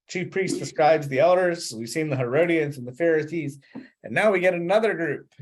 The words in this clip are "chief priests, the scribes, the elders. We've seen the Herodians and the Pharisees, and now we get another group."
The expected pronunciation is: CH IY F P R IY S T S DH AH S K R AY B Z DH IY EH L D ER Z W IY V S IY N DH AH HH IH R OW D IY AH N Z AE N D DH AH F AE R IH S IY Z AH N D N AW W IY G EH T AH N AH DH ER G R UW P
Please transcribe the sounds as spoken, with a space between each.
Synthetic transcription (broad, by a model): CH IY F P R IY S T S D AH S K R AY B Z DH IY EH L D ER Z W IY V S IY N DH AH HH IH R OW D IY AH N Z N DH AH F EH R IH S IY Z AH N N AW W IY G EH T AH N AH DH ER G R UW P